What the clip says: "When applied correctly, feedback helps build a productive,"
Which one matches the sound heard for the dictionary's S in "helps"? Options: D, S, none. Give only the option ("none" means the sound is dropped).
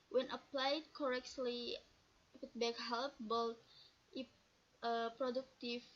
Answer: none